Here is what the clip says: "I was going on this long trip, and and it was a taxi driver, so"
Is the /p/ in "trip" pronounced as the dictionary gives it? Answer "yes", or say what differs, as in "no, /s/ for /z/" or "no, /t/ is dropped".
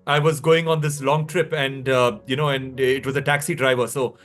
yes